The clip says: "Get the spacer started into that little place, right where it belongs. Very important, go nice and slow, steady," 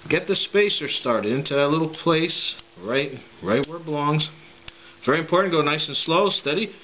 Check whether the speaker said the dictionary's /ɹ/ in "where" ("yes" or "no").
no